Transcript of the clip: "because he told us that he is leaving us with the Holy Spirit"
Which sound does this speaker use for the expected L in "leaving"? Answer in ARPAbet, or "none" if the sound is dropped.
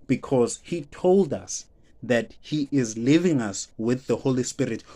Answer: L